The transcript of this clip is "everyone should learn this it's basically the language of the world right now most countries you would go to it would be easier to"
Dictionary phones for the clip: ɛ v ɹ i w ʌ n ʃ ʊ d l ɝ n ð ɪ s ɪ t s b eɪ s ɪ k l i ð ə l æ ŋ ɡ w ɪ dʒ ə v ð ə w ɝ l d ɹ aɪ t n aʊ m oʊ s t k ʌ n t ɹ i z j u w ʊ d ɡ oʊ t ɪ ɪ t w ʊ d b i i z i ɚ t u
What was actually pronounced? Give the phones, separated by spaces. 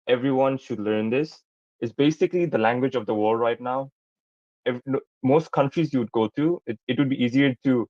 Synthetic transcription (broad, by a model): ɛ v ɹ i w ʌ n ʃ ʊ d l ɝ n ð ɪ s ɪ t s b eɪ s ɪ k l i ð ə l æ ŋ ɡ w ɪ dʒ ə v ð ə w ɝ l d ɹ aɪ t n aʊ m oʊ s t k ʌ n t ɹ i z j u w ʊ d ɡ oʊ t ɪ ɪ t w ʊ d b i i z i ɚ t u